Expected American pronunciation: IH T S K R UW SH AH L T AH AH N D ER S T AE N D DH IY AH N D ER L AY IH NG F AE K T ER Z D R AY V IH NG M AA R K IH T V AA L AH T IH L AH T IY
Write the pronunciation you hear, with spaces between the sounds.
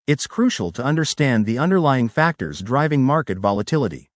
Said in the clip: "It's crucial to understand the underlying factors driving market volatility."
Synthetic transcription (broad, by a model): IH T S K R UW SH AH L T AH AH N D ER S T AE N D DH IY AH N D ER L AY IH NG F AE K T ER Z D R AY V IH NG M AA R K IH T V AA L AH T IH L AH T IY